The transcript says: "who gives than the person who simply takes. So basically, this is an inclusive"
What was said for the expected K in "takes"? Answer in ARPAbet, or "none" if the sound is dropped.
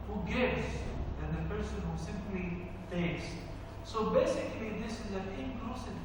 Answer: none